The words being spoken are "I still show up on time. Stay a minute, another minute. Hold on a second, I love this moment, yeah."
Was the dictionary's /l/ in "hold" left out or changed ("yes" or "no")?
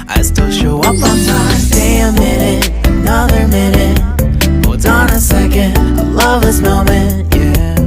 yes